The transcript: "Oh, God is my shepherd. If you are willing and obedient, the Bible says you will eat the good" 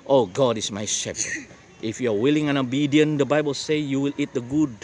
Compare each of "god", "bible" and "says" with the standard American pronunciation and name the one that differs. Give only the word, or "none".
says